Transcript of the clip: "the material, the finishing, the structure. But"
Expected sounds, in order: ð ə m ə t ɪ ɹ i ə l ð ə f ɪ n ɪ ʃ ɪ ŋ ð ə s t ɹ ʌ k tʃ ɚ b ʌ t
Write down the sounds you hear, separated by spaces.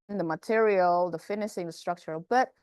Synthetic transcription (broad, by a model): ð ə m ə t ɪ ɹ i ə l ð ə f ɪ n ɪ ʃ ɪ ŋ ð ə s t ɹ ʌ k tʃ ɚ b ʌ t